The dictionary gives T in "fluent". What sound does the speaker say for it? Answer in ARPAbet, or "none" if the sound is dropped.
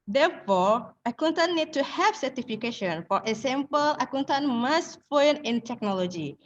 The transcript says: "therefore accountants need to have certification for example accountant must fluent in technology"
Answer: none